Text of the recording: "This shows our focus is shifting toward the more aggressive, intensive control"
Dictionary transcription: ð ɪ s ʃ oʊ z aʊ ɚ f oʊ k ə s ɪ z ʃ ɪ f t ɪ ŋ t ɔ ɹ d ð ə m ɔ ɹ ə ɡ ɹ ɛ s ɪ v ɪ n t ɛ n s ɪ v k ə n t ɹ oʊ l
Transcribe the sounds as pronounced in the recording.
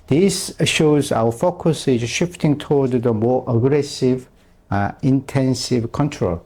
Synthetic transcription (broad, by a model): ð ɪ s ʃ oʊ z aʊ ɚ f oʊ k ə s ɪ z ʃ ɪ f t ɪ ŋ t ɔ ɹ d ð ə m ɔ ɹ ə ɡ ɹ ɛ s ɪ v ɪ n t ɛ n s ɪ v k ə n t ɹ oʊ l